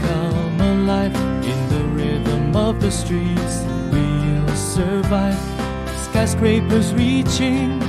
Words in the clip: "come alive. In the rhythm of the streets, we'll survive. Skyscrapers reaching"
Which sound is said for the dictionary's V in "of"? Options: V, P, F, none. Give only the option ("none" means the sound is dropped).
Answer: V